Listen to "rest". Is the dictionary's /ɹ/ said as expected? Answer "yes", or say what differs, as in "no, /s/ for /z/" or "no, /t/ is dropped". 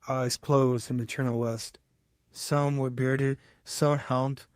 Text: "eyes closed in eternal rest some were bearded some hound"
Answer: no, /w/ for /ɹ/